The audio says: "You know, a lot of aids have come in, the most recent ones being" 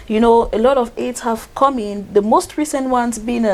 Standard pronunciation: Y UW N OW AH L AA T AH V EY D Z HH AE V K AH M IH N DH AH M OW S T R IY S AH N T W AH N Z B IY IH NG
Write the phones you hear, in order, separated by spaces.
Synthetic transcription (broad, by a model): Y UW N OW AH L AA T AH V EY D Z HH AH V K AH M IH N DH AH M OW S T R IY S AH N T W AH N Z B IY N